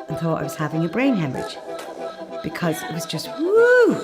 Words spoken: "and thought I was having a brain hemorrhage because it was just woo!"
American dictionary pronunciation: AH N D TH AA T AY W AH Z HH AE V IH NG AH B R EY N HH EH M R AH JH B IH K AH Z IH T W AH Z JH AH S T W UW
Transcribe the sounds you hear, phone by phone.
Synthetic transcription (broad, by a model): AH N TH AA T AY W AH Z HH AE V IH NG AH B R EY N HH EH M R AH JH B IH K AH Z IH T W AH Z JH AH S T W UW